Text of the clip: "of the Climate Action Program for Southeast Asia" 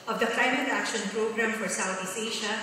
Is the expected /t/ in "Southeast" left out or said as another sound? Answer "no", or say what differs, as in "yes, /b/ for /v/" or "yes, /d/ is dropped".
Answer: yes, /t/ is dropped